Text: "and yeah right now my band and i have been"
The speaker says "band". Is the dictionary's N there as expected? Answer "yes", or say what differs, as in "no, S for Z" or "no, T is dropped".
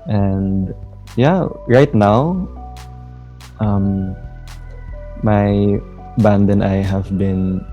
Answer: yes